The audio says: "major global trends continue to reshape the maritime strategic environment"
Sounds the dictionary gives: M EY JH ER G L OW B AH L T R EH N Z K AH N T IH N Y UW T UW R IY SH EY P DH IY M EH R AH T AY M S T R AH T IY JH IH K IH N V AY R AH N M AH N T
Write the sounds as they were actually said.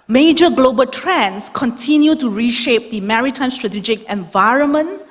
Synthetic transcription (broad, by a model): M EY JH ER G L OW B AH L T R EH N S K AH N T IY N Y UW T UW R IY SH EY P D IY M EH R AH T AY M S T R AH T IY JH IH K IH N V AY R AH N M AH N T